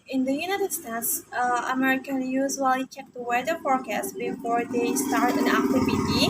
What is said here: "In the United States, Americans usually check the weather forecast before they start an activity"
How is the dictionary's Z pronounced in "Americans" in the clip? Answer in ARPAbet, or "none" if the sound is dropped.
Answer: none